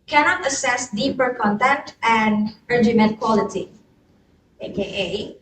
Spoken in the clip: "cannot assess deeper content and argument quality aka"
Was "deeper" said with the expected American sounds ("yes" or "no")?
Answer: yes